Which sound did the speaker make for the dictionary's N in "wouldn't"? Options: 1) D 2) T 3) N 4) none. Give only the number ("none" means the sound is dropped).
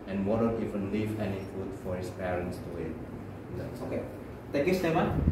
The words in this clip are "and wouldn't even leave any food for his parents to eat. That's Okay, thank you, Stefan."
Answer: 4